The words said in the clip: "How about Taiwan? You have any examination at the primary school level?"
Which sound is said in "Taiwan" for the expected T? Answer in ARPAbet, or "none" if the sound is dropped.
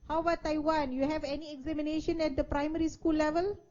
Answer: T